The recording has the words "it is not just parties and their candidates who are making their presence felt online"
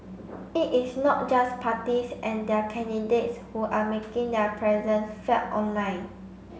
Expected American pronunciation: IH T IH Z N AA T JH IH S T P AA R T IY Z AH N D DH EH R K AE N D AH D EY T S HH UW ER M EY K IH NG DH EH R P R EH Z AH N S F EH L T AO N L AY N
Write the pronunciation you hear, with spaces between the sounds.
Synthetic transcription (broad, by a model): IH T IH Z N AA T JH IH S P AA T IY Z AH N D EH K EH N D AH D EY T S HH UW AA M EY K IH NG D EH P R EH Z AH N S F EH T AO N L AY N